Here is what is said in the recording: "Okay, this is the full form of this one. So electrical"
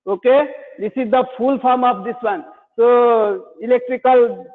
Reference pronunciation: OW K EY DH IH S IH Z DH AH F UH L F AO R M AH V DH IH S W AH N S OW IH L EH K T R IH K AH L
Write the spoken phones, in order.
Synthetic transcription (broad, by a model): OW K EY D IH S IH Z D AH P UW L P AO R M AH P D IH S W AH N S OW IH L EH K T R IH K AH L